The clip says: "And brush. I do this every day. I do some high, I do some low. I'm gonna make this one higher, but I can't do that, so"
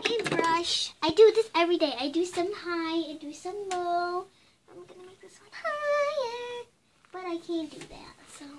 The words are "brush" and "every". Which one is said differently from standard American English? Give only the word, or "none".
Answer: none